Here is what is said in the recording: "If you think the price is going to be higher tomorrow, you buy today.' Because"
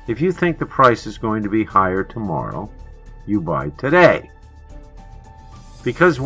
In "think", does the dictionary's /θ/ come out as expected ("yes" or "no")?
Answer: yes